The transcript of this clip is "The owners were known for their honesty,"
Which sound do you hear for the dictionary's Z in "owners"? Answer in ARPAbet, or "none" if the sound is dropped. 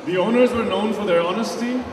Z